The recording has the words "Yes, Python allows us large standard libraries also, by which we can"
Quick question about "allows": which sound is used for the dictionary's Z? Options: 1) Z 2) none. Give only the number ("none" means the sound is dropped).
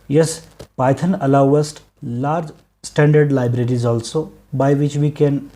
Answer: 2